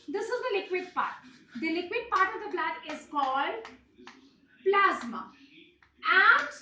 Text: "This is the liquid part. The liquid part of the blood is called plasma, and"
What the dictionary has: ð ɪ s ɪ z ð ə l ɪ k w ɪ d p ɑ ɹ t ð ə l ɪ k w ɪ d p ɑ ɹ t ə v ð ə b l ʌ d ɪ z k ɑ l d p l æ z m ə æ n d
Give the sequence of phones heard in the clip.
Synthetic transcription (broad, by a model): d ɪ s ɪ z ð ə l ɪ k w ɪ d p ɑ ɹ t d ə l ɪ k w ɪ d p ɑ ɹ t ə v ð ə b l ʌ d ɪ z k ɑ l d p l æ z m ə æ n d